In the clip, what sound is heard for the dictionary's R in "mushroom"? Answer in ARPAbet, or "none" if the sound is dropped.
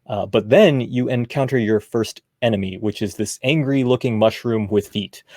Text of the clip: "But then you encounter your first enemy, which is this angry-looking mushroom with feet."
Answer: R